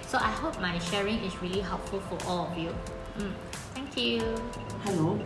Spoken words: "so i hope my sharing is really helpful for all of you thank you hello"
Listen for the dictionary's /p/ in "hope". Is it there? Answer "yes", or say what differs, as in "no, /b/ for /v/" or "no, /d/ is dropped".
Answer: yes